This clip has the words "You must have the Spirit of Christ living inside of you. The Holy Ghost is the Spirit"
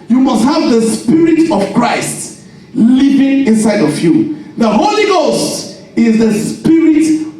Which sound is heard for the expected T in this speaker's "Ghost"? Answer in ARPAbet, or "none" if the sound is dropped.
T